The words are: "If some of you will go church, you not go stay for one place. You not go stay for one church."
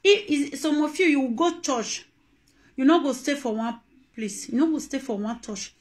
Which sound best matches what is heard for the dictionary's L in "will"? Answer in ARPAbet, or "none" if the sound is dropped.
W